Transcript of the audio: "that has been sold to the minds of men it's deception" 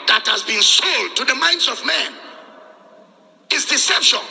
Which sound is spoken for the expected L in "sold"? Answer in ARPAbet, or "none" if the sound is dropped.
L